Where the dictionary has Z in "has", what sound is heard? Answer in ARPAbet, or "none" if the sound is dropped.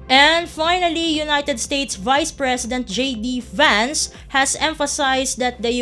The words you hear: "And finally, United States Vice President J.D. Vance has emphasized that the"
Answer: S